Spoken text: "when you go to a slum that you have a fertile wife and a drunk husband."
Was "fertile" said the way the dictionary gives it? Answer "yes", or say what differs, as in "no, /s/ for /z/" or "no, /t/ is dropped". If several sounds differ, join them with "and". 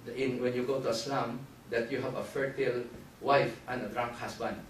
yes